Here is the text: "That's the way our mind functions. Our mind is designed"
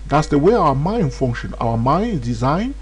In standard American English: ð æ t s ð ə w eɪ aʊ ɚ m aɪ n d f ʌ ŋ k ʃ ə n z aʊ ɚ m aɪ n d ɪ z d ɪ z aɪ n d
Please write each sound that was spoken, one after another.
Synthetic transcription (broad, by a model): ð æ t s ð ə w eɪ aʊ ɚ m aɪ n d f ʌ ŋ k ʃ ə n aʊ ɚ m aɪ n d ɪ z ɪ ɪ n